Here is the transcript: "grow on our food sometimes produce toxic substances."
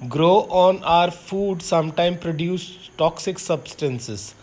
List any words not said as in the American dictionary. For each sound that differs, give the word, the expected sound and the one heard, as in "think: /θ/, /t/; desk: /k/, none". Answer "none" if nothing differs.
sometimes: /z/, none